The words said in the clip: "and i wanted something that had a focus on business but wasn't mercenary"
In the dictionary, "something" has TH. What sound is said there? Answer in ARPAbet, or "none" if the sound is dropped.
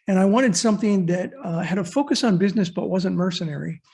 TH